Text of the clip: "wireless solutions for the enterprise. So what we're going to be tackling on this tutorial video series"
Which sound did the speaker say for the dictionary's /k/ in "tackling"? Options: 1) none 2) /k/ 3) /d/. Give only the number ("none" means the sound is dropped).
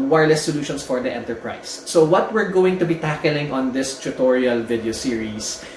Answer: 2